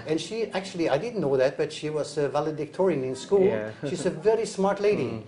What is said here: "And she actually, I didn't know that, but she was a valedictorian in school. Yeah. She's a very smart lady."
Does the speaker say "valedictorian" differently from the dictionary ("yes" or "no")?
no